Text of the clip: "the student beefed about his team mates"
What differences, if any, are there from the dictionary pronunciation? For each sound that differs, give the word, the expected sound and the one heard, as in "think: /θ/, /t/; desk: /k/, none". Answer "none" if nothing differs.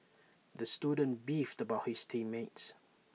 his: /z/, /s/